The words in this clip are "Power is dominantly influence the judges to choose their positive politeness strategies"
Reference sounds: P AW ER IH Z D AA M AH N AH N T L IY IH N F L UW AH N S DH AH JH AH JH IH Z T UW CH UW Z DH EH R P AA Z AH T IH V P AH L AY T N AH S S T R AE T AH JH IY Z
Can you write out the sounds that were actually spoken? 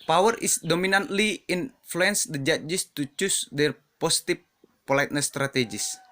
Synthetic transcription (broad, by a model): P AW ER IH S D AA M AH N AH N T L IY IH N F L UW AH N S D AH JH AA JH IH S T UW CH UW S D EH R P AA S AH T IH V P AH L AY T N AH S S T R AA T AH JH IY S